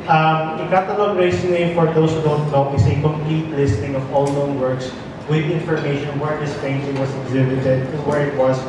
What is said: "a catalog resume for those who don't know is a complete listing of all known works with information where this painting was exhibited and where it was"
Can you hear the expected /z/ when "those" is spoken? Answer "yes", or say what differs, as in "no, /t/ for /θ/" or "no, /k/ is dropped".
no, /s/ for /z/